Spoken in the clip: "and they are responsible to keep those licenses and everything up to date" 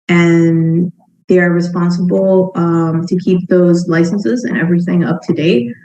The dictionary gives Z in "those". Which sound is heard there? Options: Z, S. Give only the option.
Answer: Z